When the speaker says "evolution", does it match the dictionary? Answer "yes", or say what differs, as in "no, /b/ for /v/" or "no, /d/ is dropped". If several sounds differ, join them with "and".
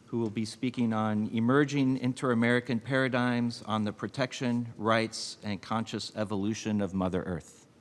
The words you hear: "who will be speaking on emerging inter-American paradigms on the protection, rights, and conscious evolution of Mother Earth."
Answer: yes